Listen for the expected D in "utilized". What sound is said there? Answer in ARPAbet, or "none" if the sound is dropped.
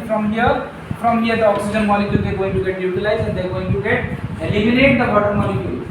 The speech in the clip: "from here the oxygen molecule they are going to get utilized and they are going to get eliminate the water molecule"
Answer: none